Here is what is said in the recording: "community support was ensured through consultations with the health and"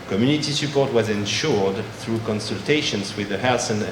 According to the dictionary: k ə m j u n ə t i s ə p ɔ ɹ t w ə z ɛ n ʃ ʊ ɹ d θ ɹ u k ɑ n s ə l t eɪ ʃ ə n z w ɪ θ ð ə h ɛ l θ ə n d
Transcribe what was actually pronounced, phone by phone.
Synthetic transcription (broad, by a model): k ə m j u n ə t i s ə p ɔ ɹ t w ə z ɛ n ʃ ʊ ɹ d θ ɹ u k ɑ n s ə l t eɪ ʃ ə n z w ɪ ð ə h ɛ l s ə n